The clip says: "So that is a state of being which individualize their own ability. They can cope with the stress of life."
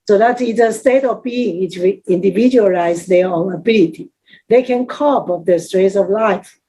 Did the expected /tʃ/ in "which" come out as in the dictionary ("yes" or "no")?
no